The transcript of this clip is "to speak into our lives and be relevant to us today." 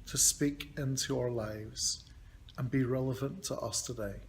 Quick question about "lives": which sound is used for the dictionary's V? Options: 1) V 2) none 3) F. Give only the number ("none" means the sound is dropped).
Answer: 1